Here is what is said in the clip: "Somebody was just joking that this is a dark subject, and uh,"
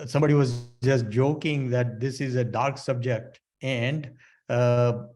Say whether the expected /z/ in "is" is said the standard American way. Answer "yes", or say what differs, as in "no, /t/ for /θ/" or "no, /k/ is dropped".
yes